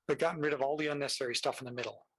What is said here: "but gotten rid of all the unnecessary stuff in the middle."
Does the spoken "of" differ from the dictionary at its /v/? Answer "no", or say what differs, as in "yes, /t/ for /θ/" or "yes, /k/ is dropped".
no